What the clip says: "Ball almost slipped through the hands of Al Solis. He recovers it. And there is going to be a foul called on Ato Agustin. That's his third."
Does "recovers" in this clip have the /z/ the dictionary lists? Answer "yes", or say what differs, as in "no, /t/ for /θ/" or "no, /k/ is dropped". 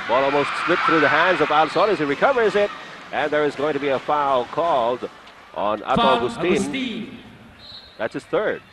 yes